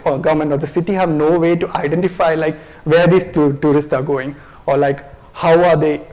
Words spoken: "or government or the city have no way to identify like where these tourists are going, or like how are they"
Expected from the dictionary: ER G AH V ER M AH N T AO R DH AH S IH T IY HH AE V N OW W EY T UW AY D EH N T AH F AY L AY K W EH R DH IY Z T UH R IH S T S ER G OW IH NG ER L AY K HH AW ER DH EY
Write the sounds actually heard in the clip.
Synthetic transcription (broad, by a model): G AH V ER M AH N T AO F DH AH S IH T IY HH AE V N OW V EY T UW AY D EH N T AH F AY L AY K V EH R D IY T T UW R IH S T S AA G OW IH NG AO L AY K HH AW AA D EY